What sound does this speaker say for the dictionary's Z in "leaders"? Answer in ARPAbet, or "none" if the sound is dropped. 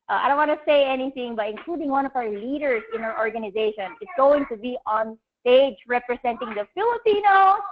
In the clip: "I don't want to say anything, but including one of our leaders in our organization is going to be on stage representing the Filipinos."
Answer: S